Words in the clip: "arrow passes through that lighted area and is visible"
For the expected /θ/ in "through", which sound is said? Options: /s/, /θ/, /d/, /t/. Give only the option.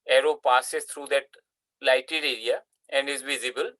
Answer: /t/